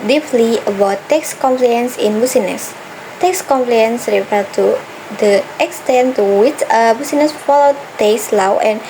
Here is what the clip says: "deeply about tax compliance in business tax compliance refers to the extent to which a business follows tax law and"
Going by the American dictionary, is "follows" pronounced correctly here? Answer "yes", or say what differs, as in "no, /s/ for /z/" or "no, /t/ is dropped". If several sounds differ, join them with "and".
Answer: no, /z/ is dropped